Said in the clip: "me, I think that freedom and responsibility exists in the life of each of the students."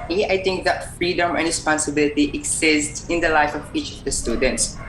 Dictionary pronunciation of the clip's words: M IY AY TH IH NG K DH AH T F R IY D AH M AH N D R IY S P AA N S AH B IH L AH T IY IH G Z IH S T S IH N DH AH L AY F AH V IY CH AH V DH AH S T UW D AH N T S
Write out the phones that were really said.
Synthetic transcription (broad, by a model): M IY AY T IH NG K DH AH T F R IY D AH M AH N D R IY S P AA N S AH B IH L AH T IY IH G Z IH S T IH N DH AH L AY F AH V IY CH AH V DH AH S T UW D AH N T S